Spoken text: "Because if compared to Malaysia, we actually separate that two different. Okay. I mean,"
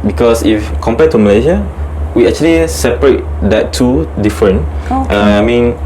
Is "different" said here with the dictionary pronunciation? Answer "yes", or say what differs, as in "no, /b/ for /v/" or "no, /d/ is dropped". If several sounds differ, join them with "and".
no, /t/ is dropped